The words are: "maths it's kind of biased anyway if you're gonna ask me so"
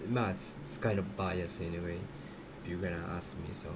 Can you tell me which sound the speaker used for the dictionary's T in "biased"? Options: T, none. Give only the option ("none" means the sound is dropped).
none